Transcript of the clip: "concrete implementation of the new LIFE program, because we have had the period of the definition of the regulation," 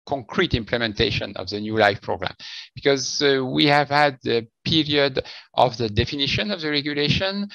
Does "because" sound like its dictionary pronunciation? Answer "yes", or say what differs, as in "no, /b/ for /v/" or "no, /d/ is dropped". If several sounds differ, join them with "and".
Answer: yes